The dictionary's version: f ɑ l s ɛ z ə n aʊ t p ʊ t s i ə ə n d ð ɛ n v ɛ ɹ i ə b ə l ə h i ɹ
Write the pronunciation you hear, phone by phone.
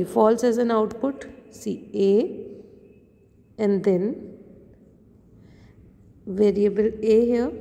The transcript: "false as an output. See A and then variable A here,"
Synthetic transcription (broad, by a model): f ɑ l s ɛ z ə n aʊ t p ʊ t s i ə ə n d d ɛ n v ɛ ɹ i ə b ə l ə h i